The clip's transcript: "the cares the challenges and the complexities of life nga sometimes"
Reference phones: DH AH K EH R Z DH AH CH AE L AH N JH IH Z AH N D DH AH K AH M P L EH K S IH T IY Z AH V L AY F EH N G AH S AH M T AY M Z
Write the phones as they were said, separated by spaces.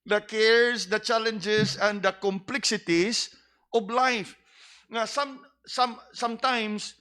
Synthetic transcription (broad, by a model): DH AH K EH R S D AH CH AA L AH N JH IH S AH N D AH K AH M P L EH K S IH T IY S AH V L AY F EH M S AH S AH M T AY M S